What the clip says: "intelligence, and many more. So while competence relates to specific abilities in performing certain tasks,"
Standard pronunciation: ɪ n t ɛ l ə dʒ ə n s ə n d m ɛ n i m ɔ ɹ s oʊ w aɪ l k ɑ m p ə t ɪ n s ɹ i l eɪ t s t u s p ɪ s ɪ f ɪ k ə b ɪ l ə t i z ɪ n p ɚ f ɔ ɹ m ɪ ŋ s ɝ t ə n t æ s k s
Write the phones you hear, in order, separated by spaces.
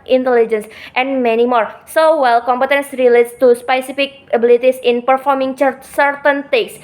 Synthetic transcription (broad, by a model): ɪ n t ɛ l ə dʒ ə n s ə n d m ɛ n i m ɔ ɹ s oʊ w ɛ l k ɑ m p ə t ɪ n s ɹ i l eɪ t s t u s p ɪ s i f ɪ k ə b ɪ l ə t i s ɪ n p ɚ f ɔ ɹ m ɪ ŋ s ɝ t ə n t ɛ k s